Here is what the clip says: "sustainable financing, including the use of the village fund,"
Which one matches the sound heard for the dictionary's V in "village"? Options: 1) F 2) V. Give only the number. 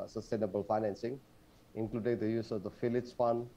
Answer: 1